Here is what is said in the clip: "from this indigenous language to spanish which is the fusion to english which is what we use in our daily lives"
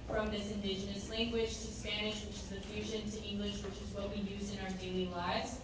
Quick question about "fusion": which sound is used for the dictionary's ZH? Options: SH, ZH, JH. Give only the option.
ZH